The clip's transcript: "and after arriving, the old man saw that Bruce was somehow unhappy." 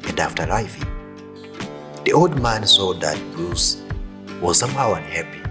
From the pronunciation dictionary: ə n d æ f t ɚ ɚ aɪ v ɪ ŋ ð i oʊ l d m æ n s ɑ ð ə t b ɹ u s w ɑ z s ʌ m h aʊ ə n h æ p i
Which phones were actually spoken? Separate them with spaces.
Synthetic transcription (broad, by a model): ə n d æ f t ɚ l aɪ f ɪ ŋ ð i oʊ l d m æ n s ɑ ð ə t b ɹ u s w ɑ z s ʌ m h aʊ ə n h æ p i